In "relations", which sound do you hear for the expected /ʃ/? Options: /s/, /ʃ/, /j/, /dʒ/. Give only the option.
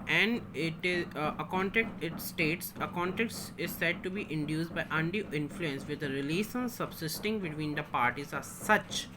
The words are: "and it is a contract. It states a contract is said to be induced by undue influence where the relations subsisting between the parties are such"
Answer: /s/